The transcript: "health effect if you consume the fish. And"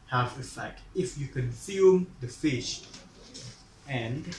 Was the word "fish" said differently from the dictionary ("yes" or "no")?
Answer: no